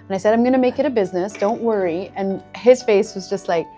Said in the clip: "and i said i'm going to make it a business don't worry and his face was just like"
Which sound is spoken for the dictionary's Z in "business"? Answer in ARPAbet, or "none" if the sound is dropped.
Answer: Z